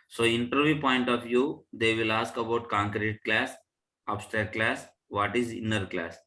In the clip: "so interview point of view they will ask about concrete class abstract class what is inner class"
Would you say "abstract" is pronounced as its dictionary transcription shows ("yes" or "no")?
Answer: no